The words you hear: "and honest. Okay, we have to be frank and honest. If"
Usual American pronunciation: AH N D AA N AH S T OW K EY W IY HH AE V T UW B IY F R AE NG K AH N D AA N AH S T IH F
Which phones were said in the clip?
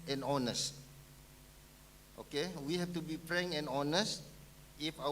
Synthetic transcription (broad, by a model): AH N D AA N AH S T OW K EY W IY HH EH F T UW B IY P R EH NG AH N AA N AH S T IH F